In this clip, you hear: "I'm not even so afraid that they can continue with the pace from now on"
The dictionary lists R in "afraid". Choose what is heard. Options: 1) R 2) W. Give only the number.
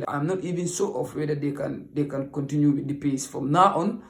2